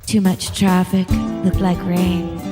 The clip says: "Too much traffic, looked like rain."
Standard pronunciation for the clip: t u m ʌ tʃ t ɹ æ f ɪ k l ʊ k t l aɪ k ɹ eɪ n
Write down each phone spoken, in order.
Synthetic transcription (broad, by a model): t u m ʌ tʃ t ɹ æ f ɪ k l ʊ k t l aɪ k ɹ eɪ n